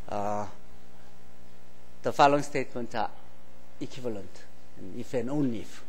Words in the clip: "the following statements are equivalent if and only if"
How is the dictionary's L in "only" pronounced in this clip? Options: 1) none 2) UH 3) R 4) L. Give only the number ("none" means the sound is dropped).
1